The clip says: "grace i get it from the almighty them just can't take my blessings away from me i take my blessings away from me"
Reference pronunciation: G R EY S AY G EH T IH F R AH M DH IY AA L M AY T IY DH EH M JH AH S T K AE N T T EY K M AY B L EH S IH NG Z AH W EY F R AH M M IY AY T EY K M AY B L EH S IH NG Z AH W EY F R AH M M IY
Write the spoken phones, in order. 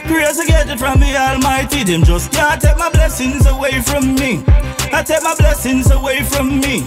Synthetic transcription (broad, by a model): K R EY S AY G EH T IH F R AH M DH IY AA L M AY T IY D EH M JH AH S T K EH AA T T EY K M AY B L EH S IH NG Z AH W EY F R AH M M IY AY T EY K M AY B L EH S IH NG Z AH W EY F R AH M M IY